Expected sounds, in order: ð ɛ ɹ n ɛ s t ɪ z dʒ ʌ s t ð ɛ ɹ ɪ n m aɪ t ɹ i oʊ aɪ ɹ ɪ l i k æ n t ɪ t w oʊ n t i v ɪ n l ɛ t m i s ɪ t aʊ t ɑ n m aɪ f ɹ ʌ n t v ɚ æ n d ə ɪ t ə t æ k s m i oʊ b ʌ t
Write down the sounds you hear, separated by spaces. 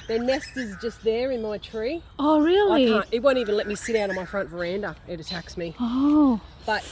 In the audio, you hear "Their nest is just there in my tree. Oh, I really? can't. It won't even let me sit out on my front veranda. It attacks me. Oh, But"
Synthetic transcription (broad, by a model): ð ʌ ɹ n ɛ s t ɪ z dʒ ʌ s t ð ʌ ɹ ɪ n m aɪ t ɹ i oʊ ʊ ɹ ɪ l i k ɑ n ɪ t w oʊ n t i v ɪ n l ɛ t m i s ɪ t aʊ t n m aɪ f ɹ ʌ n t v ɚ æ n d ə ɪ t ə t æ k s m i oʊ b ʌ t